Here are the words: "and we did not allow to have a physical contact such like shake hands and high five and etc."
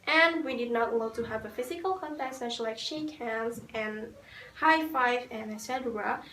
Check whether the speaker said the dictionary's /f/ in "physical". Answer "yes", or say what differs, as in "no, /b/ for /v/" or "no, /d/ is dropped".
yes